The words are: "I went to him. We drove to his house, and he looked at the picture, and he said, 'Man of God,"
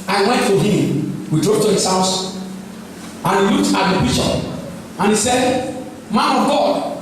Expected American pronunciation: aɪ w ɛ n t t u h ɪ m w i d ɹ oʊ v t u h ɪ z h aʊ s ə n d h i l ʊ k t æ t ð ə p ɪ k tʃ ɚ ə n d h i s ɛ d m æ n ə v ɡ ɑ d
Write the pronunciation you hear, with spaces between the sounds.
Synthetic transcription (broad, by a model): aɪ w ɛ n t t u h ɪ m w i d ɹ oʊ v t u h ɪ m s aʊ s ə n h i l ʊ k t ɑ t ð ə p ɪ tʃ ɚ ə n h i s ɛ d m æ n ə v ɡ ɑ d